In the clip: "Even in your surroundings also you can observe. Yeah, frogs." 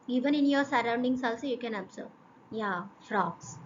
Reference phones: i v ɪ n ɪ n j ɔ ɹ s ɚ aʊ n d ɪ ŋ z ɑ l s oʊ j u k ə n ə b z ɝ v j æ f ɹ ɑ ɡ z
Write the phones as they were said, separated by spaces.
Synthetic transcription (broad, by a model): i v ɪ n ɪ n j ɔ ɹ s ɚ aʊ n d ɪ ŋ s ɑ l s oʊ j u k ə n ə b s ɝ j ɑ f ɹ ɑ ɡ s